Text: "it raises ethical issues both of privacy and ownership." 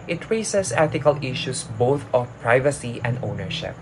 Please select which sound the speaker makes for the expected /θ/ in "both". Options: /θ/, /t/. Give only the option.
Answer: /t/